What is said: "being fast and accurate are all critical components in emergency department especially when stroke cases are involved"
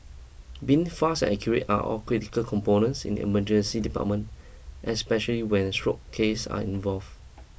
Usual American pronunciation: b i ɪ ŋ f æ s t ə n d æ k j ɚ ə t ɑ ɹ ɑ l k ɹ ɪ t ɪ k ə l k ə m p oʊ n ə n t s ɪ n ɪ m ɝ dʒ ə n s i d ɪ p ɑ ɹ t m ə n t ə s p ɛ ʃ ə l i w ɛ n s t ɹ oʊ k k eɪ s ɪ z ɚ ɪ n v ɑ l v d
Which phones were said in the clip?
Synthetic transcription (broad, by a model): b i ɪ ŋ f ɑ s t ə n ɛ k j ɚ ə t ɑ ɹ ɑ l k ɹ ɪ t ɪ k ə l k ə m p oʊ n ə n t s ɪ n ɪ m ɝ dʒ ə n s i d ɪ p ɑ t m ə n t ə s p ɛ ʃ ə l i w ɛ n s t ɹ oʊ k k eɪ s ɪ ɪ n v ɑ l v